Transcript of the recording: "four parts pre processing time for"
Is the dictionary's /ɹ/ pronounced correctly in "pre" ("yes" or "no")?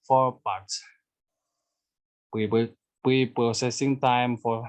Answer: no